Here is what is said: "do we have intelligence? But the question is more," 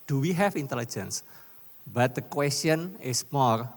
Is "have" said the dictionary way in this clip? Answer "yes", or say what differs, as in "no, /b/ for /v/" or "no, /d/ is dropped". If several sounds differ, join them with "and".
no, /f/ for /v/